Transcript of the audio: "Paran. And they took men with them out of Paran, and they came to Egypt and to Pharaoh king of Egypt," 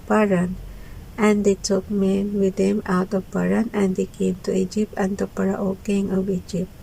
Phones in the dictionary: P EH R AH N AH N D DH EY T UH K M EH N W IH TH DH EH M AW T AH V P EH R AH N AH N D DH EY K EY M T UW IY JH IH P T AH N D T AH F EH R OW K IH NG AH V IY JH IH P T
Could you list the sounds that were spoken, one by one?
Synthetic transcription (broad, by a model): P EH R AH N AH N D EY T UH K M EH N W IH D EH M AW T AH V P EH R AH N AH N D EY K EY M T UW IY JH IH P T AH N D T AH P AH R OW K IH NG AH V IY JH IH P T